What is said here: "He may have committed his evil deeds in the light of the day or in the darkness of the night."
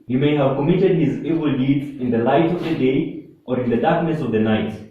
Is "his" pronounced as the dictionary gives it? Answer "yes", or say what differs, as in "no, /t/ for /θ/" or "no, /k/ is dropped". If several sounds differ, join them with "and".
yes